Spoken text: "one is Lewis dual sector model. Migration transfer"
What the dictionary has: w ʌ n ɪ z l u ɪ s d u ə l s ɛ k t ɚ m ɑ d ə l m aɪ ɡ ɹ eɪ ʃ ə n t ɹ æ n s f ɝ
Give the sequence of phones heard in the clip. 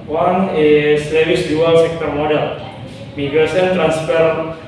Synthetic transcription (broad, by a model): w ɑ n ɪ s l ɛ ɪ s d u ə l s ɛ k t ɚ m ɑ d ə l m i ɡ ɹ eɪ s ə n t ɹ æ n s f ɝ